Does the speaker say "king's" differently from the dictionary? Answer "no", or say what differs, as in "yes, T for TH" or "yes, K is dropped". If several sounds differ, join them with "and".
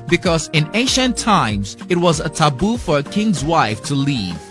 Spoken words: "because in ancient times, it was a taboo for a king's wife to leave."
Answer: no